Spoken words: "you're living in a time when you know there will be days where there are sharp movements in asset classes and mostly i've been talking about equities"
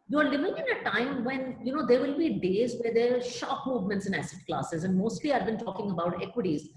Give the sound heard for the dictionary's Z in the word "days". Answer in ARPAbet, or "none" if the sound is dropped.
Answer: Z